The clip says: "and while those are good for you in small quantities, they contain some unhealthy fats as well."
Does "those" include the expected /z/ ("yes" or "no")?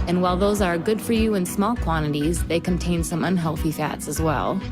yes